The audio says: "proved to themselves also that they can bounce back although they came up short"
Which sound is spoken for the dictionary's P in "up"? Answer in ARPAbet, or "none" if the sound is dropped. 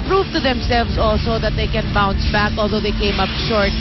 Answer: P